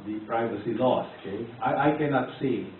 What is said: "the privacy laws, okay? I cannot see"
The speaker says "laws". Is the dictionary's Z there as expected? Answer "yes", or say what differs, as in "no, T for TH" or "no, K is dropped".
no, S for Z